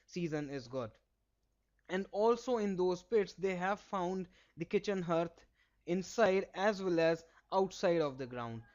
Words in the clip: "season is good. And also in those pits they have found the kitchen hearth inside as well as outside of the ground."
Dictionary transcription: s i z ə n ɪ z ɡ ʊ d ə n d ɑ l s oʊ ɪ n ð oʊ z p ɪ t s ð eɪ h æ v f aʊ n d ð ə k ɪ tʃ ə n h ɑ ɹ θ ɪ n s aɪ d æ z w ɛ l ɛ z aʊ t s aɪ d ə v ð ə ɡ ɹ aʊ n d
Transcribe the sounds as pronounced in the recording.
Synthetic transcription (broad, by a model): s i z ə n ɪ z ɡ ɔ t ə n d ɑ l s oʊ ɪ n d oʊ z p ɪ t s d eɪ h æ v f aʊ n d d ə k ɪ tʃ ə n h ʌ ɹ t ɪ n s aɪ d æ z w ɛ l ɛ z aʊ t s aɪ d ə v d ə ɡ ɹ aʊ n d